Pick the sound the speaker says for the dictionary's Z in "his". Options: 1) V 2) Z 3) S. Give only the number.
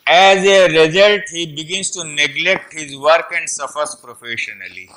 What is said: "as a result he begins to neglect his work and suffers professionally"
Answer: 2